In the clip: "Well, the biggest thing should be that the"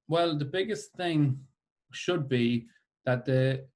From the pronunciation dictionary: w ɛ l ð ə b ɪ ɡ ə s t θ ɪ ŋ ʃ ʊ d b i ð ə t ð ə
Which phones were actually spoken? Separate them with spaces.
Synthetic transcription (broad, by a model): w ɛ l ð ə b ɪ ɡ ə s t θ ɪ ŋ ʃ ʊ d b i ð ə t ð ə